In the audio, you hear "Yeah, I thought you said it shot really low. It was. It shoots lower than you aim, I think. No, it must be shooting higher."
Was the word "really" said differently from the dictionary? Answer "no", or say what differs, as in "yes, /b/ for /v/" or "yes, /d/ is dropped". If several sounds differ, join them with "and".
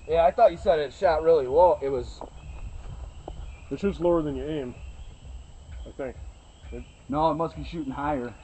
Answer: no